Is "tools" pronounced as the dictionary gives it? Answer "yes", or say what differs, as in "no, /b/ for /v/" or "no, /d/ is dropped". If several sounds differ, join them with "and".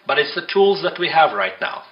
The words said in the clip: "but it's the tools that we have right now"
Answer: yes